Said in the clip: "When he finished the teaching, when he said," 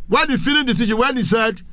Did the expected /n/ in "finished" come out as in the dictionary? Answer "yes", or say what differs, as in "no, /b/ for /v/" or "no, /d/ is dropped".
no, /l/ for /n/